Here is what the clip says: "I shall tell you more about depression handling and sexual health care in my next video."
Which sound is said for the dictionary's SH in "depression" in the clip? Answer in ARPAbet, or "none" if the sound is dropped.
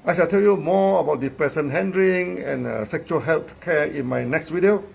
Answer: S